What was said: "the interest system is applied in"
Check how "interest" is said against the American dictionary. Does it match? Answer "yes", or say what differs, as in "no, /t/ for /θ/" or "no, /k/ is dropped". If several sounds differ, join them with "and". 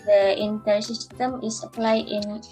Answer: no, /ɹ/ is dropped